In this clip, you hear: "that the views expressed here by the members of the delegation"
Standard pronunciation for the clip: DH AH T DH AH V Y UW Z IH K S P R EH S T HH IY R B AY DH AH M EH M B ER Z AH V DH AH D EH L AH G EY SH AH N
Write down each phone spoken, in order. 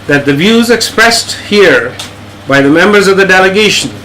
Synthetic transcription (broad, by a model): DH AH T DH AH V Y UW Z IH K S P R EH S T HH IY R B AY DH AH M EH M B ER Z AH V DH AH D EH L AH G EY SH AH N